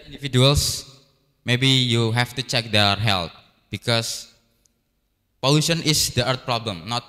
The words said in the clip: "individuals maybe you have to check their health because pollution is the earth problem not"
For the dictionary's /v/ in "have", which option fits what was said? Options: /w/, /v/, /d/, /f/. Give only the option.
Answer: /f/